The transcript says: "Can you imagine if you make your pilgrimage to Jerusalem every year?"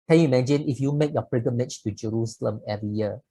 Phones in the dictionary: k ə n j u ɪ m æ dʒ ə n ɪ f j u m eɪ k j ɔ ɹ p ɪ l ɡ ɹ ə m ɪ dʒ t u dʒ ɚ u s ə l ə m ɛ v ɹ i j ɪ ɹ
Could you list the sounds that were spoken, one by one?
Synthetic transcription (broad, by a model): k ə n j u m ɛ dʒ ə n ɪ f j u m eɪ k j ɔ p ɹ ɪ ɡ ə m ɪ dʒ t u dʒ ɚ u s ə l ə m ɛ v ɹ i j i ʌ